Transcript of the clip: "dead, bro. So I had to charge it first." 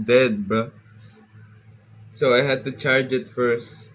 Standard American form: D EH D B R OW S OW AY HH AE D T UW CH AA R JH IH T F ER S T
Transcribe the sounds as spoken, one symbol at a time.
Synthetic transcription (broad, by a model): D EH D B OW S OW AY HH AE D T UW CH AA R JH IH T F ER S T